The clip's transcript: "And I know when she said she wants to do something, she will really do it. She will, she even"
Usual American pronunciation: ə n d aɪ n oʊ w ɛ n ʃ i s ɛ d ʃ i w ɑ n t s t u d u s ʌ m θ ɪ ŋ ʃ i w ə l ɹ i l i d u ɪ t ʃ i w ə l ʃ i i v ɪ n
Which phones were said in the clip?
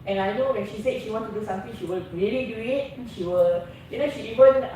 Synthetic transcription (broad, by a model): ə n aɪ n oʊ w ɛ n ʃ i s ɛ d ʃ i w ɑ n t t u d u s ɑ m t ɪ ŋ ʃ i w ə l ɹ i l i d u ɪ t ʃ i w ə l ʃ i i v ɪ n